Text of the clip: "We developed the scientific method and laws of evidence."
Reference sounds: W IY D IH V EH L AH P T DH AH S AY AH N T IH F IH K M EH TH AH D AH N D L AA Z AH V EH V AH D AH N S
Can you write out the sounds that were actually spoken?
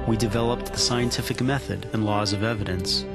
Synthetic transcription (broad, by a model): W IY D IH V EH L AH P T DH AH S AY AH N T IH F IH K M EH TH AH D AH N L AA Z AH V EH V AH D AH N S